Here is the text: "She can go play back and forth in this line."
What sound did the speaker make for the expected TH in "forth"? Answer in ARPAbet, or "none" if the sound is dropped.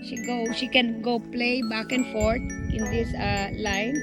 T